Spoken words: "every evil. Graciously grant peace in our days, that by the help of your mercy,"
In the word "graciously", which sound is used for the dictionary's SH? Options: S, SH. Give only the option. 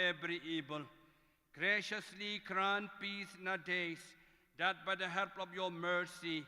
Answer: SH